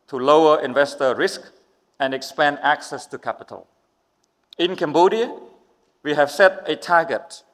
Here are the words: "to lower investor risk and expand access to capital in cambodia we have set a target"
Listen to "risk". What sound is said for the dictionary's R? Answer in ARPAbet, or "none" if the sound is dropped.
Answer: R